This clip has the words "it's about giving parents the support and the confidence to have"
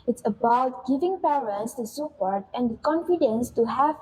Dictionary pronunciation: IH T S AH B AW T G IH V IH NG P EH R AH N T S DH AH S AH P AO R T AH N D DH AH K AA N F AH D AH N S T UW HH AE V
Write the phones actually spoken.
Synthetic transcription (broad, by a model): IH T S AH B AW T G IH V IH NG P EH R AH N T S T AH S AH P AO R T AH N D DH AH K AA N F AH D AH N S T UW HH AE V